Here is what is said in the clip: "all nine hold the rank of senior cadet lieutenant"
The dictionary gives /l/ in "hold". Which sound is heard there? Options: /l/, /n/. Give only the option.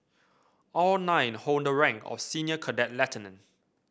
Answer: /n/